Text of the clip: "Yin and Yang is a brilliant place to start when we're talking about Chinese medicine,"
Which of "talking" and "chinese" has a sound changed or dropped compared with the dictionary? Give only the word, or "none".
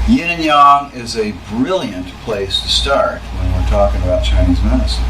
none